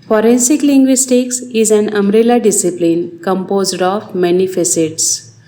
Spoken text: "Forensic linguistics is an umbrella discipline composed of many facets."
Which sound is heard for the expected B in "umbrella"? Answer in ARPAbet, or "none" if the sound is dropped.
none